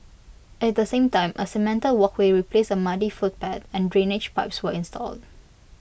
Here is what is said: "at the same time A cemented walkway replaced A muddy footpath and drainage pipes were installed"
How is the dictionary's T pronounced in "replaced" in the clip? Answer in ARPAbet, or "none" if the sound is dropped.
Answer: none